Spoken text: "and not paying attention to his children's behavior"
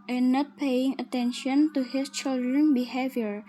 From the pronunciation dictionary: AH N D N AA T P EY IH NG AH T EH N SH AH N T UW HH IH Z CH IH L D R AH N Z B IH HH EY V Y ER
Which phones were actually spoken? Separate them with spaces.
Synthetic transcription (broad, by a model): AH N N AA T P EY IH NG AH T EH N SH AH N T UW HH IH S CH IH L D R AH N B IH HH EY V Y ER